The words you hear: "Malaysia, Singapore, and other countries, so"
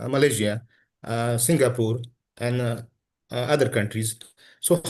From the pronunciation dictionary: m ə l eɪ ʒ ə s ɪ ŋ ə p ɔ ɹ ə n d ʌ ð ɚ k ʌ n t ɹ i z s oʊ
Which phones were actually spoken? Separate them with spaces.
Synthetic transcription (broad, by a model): m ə l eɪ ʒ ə s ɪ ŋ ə p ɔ ɹ ə n d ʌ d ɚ k ʌ n t ɹ i z s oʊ